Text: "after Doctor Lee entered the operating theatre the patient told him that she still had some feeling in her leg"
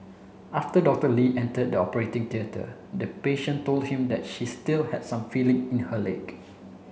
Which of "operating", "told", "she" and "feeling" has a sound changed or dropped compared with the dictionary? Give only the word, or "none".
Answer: none